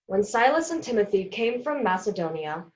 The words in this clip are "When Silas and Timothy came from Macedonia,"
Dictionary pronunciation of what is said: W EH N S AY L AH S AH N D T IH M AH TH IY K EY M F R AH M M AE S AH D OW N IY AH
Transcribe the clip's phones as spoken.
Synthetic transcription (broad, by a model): W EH N S AY L AH S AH N T IH M AH TH IY K EY M F R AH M M AE S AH D OW N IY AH